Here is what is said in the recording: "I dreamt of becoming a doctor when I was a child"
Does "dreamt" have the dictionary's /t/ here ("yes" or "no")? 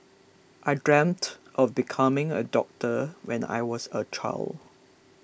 yes